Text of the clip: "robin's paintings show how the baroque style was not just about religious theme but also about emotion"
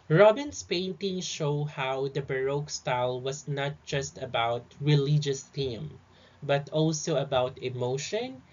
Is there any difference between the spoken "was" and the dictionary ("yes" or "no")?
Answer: yes